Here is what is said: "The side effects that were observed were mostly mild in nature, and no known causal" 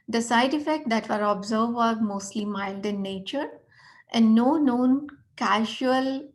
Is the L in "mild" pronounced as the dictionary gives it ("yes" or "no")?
yes